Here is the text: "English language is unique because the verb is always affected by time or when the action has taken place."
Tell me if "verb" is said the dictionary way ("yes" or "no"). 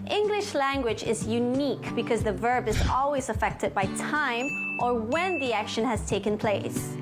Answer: yes